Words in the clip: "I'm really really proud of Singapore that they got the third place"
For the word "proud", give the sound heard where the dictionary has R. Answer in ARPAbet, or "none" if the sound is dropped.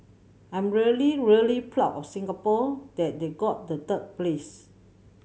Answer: L